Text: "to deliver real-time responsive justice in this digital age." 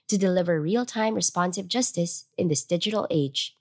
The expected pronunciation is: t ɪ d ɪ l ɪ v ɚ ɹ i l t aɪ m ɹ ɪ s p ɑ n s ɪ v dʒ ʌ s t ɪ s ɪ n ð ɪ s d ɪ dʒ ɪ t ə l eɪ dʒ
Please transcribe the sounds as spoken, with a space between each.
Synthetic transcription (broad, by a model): t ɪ d ɪ l ɪ v ɚ ɹ i l t aɪ m ɹ ɪ s p ɑ n s ɪ v dʒ ʌ s t ɪ s ɪ n ð ɪ s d ɪ dʒ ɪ t l eɪ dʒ